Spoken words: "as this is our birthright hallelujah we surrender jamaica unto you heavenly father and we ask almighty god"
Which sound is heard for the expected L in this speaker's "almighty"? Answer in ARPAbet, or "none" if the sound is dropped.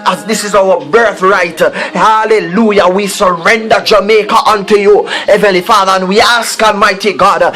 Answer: L